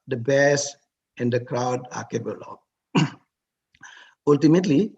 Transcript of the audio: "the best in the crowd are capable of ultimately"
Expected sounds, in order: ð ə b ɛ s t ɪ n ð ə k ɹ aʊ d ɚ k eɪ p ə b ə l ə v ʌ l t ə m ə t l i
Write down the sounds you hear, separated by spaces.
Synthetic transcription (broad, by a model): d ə b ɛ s ɪ n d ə k ɹ aʊ d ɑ k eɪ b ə l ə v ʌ l t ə m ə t l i